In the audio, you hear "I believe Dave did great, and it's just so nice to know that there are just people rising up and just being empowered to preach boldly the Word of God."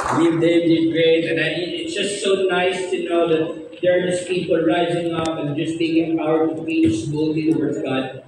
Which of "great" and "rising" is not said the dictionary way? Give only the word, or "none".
none